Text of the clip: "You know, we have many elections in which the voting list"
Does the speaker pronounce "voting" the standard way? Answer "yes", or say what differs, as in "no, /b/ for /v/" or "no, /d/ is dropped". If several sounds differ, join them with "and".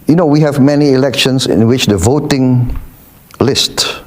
yes